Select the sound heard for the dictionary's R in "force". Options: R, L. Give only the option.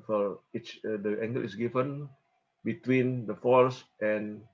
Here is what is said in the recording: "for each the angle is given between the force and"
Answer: L